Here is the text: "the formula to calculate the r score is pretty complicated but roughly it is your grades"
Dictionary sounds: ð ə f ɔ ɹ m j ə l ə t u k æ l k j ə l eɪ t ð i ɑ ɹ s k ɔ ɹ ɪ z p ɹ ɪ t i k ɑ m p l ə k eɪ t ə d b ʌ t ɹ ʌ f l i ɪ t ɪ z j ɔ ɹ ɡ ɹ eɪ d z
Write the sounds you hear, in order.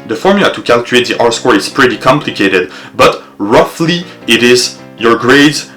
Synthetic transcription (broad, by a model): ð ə f ɔ ɹ m j ə l ə t u k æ l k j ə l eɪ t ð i ɑ ɹ s k ɔ ɹ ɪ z p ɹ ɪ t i k ɑ m p l ə k eɪ t ə d b ʌ t ɹ ʌ f l i ɪ t ɪ z j ɔ ɹ ɡ ɹ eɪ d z